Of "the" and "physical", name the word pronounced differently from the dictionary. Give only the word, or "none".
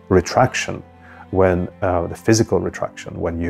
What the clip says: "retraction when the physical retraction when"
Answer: none